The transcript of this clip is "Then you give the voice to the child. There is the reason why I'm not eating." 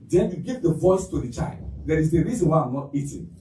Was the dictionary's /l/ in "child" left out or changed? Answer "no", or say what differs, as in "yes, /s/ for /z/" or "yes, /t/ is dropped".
no